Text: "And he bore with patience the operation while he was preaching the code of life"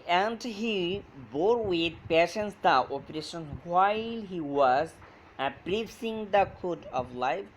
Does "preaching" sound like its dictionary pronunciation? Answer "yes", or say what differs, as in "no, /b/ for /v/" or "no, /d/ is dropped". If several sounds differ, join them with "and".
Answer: no, /s/ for /tʃ/